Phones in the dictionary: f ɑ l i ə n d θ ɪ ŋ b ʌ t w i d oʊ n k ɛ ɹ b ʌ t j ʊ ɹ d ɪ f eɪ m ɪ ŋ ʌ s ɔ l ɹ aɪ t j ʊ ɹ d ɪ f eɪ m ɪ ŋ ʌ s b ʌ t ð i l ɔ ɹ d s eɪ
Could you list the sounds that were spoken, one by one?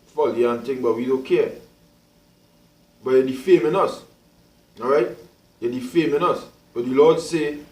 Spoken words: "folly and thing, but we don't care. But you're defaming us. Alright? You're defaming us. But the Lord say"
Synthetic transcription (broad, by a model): f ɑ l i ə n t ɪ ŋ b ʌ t w i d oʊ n k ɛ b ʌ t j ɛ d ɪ f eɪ m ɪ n ʌ s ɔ ɹ aɪ t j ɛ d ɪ f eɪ m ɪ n ʌ s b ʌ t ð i l ɔ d s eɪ